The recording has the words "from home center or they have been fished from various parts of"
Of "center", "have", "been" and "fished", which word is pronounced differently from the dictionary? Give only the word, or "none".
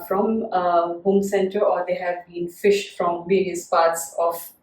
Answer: none